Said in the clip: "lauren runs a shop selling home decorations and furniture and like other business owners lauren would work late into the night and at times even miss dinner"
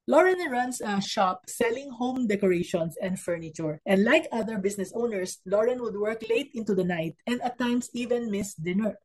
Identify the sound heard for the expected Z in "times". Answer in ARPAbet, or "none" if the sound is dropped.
S